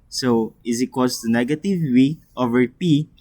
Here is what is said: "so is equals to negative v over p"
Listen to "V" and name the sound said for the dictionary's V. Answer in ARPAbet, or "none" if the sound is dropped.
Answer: W